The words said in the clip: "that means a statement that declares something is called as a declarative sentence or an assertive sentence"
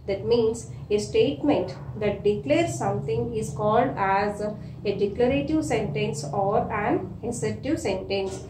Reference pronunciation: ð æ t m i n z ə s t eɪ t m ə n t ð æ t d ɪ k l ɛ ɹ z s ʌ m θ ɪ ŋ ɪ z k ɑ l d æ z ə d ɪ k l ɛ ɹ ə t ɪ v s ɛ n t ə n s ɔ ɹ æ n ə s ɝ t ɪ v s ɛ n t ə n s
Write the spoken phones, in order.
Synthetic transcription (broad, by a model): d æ t m i n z ə s t eɪ t m ə n t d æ t d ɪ k l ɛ ɹ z s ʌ m t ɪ ŋ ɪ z k ɑ l d æ z ə d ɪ k l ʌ ɹ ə t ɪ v s ɛ n t ə n s ɔ ɹ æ n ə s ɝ t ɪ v s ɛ n t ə n s